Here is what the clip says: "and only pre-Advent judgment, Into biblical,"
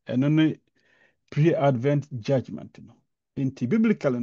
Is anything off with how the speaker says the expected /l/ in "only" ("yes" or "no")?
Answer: yes